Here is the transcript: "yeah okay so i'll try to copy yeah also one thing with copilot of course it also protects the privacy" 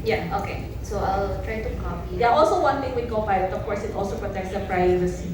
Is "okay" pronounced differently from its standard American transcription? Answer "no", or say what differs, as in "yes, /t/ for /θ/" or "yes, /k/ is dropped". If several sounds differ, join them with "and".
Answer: no